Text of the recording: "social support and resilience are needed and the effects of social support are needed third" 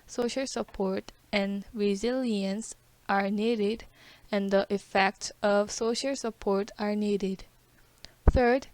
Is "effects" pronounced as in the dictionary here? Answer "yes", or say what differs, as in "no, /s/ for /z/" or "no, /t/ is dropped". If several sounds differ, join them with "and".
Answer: yes